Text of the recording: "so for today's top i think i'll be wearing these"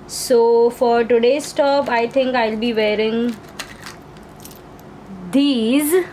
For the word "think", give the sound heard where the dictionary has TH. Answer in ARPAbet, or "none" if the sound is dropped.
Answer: T